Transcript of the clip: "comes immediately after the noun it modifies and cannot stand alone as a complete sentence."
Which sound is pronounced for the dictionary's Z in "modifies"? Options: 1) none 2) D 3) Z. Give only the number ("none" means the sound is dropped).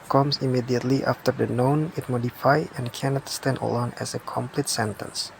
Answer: 1